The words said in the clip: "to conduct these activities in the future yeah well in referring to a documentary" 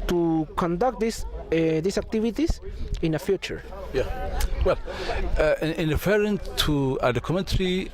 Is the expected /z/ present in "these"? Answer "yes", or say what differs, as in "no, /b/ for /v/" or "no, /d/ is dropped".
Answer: no, /s/ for /z/